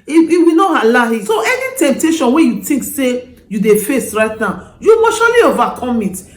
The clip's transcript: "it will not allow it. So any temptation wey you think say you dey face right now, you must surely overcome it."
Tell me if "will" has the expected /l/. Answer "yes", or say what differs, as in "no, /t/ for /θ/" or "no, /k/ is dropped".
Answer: no, /w/ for /l/